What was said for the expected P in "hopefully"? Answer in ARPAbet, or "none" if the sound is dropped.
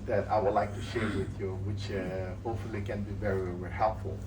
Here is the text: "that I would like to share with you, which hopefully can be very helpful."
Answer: none